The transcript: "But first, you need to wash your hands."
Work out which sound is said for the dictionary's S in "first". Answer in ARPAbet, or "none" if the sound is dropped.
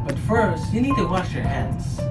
S